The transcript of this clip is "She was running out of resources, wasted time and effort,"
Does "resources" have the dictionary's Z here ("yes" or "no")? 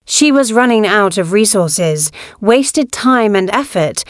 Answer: yes